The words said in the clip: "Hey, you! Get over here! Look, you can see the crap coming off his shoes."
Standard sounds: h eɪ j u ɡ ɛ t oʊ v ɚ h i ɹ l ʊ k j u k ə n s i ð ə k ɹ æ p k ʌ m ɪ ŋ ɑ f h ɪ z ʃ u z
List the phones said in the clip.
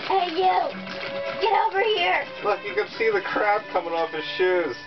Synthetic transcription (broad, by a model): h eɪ j u ɡ ɛ t oʊ v ɚ h i ɹ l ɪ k j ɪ k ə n s i ð ə k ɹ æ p k ʌ m ɪ ŋ ɑ f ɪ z ʃ u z